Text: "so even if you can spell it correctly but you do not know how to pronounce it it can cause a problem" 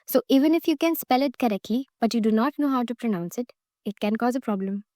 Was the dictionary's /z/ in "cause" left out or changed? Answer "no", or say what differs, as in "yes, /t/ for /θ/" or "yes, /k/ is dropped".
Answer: no